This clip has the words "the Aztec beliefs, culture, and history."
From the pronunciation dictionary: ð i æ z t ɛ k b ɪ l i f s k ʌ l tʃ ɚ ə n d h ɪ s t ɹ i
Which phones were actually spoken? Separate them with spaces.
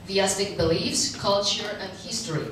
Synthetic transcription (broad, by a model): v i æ s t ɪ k b ɪ l i f s k ʌ l tʃ ɚ ə n d h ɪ s t ɹ i